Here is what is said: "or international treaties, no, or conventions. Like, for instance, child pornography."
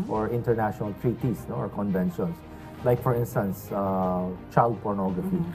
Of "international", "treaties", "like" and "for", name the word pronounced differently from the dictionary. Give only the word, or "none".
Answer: treaties